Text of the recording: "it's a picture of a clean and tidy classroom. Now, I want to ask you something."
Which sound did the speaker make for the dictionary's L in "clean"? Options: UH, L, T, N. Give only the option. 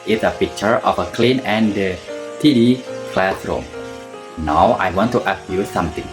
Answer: L